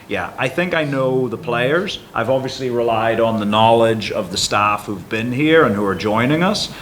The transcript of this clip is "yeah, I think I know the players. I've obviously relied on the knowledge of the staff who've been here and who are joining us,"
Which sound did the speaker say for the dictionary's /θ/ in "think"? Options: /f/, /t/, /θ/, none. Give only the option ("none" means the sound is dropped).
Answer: /θ/